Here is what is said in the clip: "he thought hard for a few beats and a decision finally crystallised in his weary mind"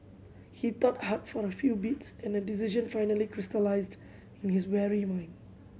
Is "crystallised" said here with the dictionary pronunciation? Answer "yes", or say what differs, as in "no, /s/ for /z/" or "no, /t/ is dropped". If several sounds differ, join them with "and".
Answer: yes